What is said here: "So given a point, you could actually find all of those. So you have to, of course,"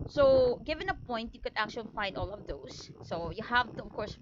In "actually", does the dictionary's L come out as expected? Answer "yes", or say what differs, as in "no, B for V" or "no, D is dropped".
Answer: yes